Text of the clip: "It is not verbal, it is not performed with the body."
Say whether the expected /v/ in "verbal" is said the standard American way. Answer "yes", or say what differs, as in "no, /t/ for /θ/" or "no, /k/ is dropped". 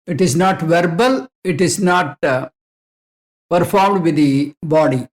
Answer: yes